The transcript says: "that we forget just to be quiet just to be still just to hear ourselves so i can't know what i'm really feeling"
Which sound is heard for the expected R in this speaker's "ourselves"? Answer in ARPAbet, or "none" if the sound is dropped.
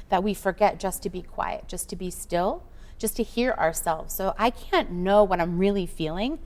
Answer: R